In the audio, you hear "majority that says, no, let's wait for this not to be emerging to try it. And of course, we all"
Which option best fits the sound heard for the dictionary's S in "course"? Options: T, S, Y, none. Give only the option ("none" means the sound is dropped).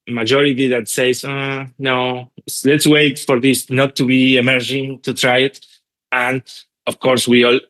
S